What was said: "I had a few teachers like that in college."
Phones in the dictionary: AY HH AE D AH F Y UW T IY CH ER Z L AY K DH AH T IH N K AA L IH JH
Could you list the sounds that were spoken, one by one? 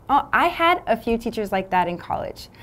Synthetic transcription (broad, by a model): AY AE D AH F Y UW T IY CH ER Z L AY K DH AH T IH N K AA L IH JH